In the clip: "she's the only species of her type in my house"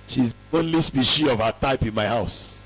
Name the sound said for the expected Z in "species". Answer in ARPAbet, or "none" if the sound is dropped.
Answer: none